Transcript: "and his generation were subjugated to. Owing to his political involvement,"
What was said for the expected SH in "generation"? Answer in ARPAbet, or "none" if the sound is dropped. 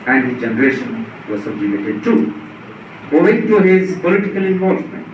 SH